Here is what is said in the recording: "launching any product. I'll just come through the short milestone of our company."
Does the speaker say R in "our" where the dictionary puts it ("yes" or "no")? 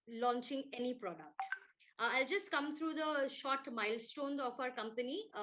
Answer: yes